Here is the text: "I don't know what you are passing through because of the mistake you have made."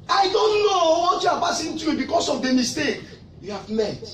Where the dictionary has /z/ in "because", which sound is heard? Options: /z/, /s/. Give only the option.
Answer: /s/